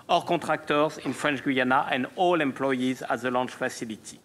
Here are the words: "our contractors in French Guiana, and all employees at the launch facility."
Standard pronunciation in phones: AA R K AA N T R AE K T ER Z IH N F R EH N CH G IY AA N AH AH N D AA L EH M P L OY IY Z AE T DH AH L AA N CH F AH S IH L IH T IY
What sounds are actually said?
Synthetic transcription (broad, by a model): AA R K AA T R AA K T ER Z IH N F R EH N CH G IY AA N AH AH N D AA L EH M P L OY IY Z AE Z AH L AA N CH F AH S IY L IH T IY